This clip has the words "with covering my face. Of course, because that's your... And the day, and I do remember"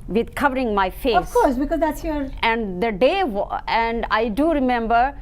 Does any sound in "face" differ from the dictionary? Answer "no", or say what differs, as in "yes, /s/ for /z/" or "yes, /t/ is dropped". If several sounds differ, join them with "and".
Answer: yes, /s/ is dropped